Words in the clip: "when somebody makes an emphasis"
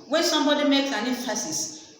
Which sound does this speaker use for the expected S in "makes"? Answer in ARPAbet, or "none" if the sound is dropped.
none